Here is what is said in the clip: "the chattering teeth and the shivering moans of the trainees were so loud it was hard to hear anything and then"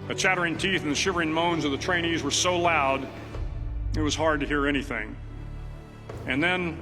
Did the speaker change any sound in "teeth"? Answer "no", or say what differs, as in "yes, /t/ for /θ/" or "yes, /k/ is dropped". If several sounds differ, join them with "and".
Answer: no